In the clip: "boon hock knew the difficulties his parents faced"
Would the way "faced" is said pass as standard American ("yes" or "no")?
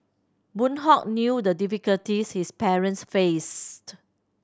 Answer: yes